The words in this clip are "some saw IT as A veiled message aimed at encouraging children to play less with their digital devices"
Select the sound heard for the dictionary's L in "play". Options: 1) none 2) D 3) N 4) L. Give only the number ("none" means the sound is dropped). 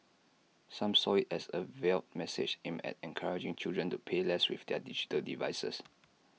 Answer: 1